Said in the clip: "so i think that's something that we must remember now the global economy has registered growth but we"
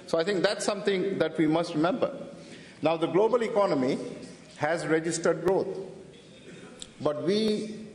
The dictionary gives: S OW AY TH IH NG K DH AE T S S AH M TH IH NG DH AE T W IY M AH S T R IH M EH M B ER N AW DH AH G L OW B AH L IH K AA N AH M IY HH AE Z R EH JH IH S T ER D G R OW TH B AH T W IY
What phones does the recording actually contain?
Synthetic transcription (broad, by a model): S OW AY T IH NG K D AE T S S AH M T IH NG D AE T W IY M AH S T R IH M EH M B ER N AW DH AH G L OW B AH L IH K AA N AH M IY HH AE Z R EH JH IH S T ER D G R OW T B AH T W IY